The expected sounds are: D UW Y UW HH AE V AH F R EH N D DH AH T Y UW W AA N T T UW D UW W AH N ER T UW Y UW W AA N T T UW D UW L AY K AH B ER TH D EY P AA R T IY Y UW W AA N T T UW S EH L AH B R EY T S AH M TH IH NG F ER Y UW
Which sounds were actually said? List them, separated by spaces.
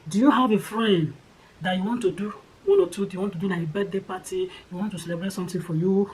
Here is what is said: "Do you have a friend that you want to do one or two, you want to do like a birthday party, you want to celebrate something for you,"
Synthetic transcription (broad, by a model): D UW Y UW HH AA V AH F R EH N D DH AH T Y UW W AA N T T UW D UW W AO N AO T UW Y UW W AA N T T UW D UW N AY AH B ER T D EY P AA T IY Y UW W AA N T T UW S EH L AH B R EY T S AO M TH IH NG F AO Y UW